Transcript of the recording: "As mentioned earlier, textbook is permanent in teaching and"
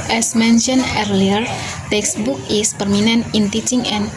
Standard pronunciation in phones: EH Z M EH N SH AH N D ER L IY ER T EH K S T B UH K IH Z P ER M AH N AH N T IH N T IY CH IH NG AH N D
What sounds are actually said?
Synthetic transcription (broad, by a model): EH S M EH N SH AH N ER L IY ER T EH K S B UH K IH S P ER M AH N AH N IH N T IY CH IH NG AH N